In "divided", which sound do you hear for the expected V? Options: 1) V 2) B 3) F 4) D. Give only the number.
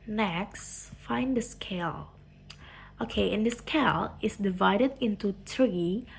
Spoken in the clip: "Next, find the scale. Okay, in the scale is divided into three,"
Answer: 1